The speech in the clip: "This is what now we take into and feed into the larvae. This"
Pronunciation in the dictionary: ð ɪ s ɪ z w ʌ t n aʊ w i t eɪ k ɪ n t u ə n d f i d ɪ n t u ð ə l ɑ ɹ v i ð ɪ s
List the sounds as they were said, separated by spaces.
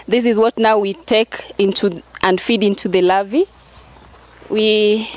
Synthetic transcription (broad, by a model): ð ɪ s ɪ z w ʌ t n aʊ w i t eɪ k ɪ n t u ə n d f i d ɪ n t u ð ə l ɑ v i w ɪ